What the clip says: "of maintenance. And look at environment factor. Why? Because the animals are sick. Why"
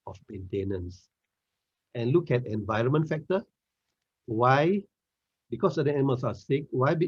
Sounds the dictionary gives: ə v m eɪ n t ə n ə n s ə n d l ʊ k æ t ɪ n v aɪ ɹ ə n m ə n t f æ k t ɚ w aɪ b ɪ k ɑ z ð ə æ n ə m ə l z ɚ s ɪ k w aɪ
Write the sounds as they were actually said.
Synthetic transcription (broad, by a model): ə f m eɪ n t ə n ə n s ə n l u k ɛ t ɪ n v aɪ ɹ ə n m ə n t f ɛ k t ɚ w aɪ b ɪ k ɑ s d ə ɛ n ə m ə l s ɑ s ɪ k w aɪ